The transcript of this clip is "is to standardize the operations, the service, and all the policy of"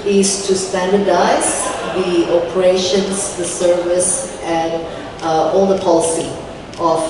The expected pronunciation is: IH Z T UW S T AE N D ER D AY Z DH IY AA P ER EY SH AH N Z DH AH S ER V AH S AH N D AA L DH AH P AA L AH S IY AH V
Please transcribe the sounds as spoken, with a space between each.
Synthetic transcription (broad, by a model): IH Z T UW S T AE N D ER D AY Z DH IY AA P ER EY SH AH N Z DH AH S ER V AH S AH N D AA L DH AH P AA L AH S IY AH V